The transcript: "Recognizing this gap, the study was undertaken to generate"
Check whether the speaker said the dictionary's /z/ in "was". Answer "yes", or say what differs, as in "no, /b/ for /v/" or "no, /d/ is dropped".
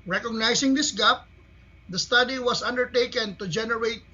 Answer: no, /s/ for /z/